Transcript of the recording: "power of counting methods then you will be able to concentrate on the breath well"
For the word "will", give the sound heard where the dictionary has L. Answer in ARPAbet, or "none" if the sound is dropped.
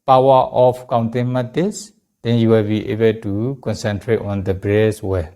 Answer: L